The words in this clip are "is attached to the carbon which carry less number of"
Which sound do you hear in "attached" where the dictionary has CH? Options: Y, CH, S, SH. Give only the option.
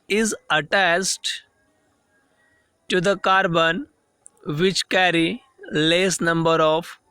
S